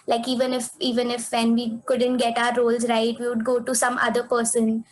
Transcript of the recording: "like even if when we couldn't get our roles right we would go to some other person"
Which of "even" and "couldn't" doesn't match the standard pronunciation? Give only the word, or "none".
none